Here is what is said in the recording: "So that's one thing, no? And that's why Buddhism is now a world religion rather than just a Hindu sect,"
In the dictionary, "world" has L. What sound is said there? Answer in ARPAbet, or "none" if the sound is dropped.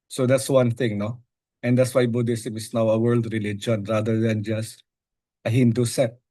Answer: L